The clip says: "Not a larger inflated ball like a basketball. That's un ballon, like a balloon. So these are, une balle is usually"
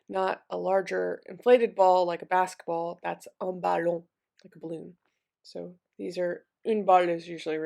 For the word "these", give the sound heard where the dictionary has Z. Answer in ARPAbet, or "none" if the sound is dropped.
Z